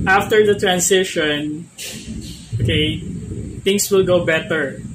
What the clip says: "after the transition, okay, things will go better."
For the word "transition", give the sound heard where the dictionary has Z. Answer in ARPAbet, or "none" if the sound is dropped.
S